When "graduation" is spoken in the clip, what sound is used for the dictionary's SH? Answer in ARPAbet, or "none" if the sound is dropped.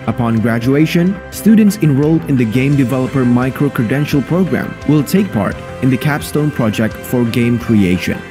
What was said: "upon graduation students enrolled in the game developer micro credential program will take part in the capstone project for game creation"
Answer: SH